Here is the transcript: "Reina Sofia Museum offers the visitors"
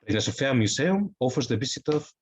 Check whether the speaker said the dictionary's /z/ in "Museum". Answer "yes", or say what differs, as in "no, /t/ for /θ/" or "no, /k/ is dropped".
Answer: no, /s/ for /z/